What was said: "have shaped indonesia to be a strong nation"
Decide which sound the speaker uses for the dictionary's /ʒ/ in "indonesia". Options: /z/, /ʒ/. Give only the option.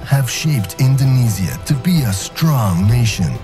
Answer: /z/